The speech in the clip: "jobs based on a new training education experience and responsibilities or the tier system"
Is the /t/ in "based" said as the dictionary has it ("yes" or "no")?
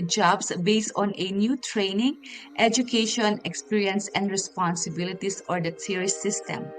yes